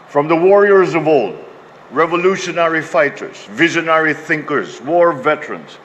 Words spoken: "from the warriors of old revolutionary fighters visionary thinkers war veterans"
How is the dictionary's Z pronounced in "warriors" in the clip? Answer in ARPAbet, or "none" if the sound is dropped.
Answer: Z